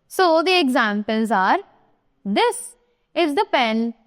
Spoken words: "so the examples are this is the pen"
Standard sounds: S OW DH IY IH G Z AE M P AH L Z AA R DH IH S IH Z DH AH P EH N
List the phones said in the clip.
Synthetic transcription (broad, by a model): S OW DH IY IH G Z AE M P AH L Z AA R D IH S IH Z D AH P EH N